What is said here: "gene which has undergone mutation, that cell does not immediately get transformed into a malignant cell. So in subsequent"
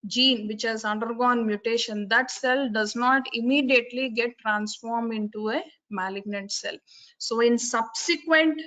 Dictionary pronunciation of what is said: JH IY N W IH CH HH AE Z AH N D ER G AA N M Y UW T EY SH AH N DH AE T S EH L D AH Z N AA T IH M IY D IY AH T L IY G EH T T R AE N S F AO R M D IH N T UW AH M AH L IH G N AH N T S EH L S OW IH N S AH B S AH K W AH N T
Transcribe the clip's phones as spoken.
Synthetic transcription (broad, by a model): JH IY N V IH CH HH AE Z AH N D ER G AA N M Y UW T EY SH AH N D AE T S EH L D AH Z N AA T IH M IY D IY AH T L IY G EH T T R AE N S F AO R M D IH N T UW AH M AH L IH G N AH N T S EH L S OW IH N S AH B S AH K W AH N T